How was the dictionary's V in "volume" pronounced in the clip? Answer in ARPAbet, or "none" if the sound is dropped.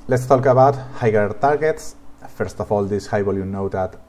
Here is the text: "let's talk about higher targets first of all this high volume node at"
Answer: B